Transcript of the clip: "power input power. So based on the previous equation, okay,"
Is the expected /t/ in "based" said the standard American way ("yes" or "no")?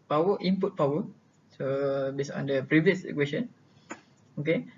no